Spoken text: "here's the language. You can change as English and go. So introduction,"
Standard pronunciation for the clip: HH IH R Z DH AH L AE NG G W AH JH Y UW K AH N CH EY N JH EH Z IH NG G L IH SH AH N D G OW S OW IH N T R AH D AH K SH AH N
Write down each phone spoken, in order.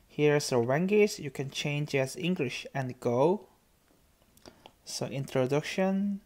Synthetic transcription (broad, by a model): HH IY R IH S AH W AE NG G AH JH Y UW K AH N CH EY N JH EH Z IH NG G L IH SH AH N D G OW S OW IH N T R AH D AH K SH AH N